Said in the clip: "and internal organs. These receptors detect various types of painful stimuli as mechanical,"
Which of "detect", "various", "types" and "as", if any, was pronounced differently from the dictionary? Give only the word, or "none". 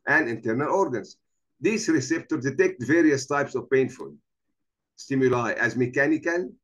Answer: none